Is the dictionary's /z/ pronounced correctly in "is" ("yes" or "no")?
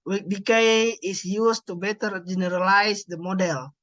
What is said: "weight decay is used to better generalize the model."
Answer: no